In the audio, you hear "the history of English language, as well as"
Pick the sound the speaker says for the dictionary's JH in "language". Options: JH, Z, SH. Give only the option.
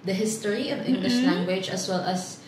JH